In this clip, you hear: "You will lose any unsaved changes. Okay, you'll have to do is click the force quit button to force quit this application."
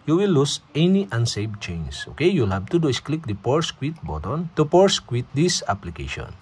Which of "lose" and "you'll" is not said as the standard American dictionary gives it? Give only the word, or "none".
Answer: lose